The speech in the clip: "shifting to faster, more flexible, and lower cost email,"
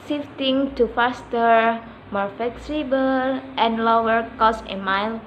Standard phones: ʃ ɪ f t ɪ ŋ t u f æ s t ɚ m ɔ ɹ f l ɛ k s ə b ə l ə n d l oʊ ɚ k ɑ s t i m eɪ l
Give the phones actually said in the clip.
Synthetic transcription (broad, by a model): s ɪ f t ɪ ŋ t u f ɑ s t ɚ m ɔ ɹ f l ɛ k s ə b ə l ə n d l oʊ ɚ k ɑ s i m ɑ l